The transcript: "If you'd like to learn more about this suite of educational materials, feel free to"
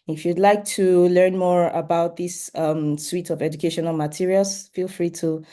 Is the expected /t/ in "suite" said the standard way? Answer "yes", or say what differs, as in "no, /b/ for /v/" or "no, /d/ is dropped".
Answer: yes